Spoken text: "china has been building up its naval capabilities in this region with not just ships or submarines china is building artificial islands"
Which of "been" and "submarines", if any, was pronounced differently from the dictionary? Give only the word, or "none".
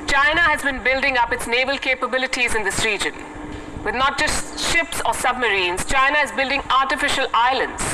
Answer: none